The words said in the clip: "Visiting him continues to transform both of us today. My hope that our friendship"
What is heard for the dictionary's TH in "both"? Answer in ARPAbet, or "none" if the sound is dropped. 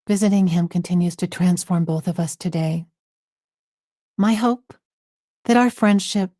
TH